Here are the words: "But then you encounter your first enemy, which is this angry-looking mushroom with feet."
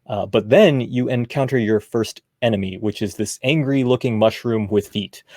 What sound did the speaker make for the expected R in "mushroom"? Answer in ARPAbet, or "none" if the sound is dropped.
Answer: R